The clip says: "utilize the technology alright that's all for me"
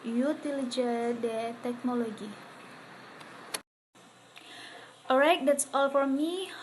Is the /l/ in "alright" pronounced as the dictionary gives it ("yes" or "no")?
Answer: no